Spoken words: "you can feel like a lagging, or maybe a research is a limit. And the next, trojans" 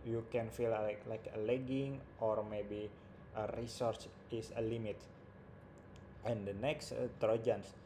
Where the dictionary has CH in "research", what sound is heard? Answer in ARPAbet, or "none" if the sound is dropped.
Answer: S